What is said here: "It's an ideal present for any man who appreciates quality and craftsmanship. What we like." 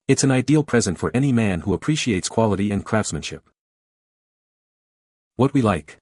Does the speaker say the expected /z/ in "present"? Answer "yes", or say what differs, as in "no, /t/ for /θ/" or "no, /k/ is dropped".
yes